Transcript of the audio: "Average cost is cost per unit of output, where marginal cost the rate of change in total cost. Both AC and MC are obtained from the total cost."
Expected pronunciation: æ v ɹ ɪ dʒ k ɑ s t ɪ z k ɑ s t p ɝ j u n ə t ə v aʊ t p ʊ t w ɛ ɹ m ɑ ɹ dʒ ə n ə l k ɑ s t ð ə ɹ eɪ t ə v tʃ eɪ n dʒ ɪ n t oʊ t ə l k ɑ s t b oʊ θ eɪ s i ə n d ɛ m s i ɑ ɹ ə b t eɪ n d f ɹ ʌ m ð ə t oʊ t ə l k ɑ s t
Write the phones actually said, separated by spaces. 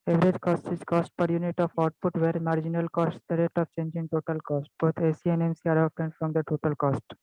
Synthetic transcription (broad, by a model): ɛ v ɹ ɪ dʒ k ɑ s t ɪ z k ɑ s t p ɝ j u n ə t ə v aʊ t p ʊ t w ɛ ɹ m ɑ ɹ dʒ ə n ə l k ɑ s t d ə ɹ eɪ t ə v tʃ eɪ n dʒ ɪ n t oʊ t ə l k ɑ s t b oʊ t eɪ s i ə n ɛ m s i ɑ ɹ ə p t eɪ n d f ɹ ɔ m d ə t oʊ t ə l k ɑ s t